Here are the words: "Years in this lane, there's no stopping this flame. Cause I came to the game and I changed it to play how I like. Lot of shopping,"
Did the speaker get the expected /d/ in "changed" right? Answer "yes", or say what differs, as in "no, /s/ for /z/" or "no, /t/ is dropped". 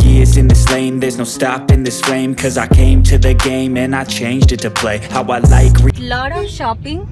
yes